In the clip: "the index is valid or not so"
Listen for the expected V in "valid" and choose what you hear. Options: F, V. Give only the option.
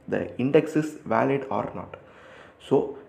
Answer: V